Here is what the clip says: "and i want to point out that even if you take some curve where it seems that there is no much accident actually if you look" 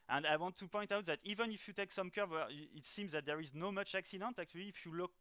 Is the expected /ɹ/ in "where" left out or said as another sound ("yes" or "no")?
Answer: yes